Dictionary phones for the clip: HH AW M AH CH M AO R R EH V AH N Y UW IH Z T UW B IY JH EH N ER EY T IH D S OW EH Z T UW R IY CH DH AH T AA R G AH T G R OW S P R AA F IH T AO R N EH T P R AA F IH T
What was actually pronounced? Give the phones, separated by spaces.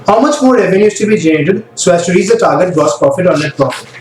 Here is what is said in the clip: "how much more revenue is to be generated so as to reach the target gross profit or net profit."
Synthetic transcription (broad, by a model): HH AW M AH CH M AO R R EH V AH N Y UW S T UW B IY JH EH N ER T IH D S OW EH S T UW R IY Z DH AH T AA R G AH T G OW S P R AA F IH T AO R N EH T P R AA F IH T